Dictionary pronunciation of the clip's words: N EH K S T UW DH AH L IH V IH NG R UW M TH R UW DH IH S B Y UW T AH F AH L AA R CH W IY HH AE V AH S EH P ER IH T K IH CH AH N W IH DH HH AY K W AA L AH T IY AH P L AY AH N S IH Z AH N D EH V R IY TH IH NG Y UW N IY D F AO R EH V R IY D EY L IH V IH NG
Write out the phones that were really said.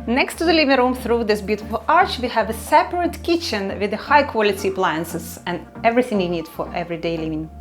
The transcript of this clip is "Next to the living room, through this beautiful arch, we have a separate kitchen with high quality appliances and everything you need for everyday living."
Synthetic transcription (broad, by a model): N EH K S T UW DH AH L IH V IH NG R UW M TH R UW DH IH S B Y UW T AH F AH L AA R CH W IY HH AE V AH S EH P ER IH T K IH CH AH N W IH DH HH AY K W AA L AH T IY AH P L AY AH N S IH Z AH N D EH V R IY TH IH NG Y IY N IY D F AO R EH V R IY D EY L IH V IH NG